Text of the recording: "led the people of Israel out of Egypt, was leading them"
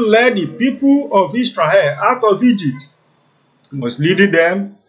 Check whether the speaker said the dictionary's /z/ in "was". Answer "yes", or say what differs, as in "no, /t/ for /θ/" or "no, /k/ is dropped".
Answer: no, /s/ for /z/